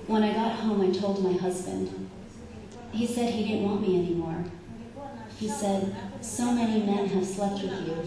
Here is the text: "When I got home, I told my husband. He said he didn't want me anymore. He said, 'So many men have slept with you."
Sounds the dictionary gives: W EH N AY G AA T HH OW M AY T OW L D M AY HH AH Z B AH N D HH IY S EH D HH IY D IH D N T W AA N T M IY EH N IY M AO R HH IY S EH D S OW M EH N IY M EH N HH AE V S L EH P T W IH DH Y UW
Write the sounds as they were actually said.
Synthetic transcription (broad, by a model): W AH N AY G AA T HH OW M AY T OW L D M AY HH AH Z B AH N D HH IY S EH D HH IY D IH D N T W AA N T M IY EH N IY M AO R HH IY S EH D S OW M EH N IY M EH N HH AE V S L EH P T W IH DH Y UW